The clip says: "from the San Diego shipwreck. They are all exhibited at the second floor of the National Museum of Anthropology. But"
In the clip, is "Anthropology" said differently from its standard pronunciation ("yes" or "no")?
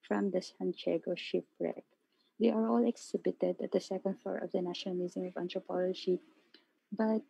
yes